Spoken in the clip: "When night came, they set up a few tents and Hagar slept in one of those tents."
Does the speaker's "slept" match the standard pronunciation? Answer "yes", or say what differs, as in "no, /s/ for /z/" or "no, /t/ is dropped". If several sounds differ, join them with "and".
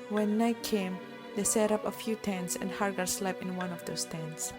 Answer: no, /t/ is dropped